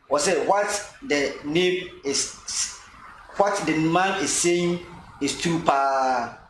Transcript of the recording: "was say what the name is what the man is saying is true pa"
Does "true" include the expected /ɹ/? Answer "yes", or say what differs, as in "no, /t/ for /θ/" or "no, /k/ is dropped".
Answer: no, /ɹ/ is dropped